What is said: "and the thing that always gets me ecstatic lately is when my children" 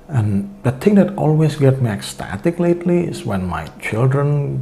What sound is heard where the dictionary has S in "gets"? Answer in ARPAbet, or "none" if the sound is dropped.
none